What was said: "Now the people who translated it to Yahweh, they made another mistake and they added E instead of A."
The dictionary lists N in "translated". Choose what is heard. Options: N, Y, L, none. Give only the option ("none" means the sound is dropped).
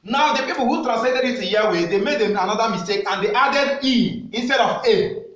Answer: none